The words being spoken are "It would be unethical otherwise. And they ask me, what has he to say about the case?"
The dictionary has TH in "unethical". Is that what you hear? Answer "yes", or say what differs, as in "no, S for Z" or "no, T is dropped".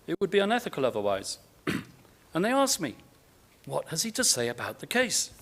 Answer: yes